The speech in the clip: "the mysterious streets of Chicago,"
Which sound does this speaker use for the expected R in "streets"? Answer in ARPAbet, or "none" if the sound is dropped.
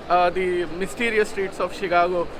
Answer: R